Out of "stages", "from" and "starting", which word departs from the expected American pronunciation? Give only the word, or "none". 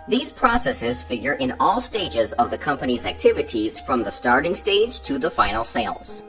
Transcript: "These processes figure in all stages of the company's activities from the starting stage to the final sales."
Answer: none